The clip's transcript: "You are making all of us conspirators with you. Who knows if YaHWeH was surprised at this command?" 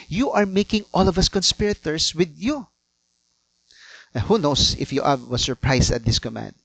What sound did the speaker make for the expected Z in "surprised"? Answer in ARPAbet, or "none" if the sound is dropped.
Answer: S